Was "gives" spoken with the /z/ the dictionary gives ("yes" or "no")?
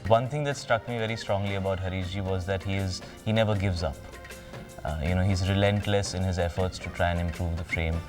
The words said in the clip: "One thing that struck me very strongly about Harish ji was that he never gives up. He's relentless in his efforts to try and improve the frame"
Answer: yes